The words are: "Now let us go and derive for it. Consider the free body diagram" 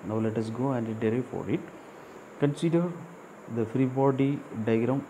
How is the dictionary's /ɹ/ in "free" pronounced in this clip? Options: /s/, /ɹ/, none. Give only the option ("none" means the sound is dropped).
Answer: /ɹ/